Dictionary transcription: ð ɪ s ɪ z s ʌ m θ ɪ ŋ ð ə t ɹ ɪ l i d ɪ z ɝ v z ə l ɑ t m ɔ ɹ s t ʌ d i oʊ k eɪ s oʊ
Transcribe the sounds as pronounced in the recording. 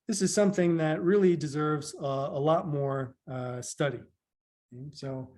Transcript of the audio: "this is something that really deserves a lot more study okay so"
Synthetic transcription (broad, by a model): ð ɪ s ɪ z s ʌ m θ ɪ ŋ ð ə t ɹ ɪ l i d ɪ z ɝ v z ə l ɑ t m ɔ ɹ s t ʌ d i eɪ s oʊ